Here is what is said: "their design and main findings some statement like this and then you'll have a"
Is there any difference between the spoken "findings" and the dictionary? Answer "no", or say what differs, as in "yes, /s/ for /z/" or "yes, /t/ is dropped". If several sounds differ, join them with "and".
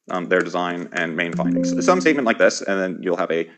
no